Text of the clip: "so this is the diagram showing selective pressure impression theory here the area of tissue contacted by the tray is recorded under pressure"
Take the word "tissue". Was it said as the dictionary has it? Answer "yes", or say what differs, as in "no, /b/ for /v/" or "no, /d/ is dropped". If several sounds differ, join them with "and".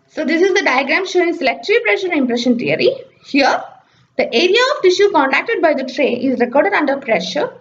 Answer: yes